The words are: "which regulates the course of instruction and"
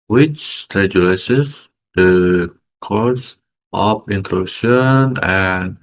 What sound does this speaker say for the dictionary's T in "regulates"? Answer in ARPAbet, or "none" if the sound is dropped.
S